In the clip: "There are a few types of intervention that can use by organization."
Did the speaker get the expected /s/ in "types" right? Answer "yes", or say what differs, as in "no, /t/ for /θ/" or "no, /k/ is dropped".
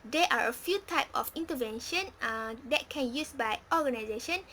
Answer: no, /s/ is dropped